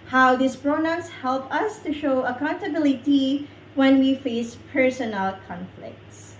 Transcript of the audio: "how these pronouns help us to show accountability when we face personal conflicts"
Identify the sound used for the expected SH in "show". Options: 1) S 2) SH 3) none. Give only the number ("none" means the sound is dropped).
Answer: 2